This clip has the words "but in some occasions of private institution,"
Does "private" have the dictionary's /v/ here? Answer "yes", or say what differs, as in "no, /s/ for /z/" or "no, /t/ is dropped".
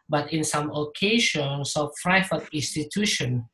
no, /f/ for /v/